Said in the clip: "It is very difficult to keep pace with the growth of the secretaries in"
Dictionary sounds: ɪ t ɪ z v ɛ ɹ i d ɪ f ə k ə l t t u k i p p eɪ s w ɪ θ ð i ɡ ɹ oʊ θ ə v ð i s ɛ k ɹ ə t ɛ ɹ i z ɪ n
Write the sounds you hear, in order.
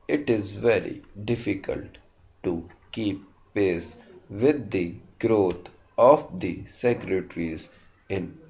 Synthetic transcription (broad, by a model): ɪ t ɪ z v ɛ ɹ i d ɪ f ə k ə l t t u k i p p eɪ s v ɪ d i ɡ ɹ oʊ t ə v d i s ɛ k ɹ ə t ɹ i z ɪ n